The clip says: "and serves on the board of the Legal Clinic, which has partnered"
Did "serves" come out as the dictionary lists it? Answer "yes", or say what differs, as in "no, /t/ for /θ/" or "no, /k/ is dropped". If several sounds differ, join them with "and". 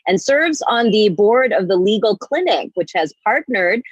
yes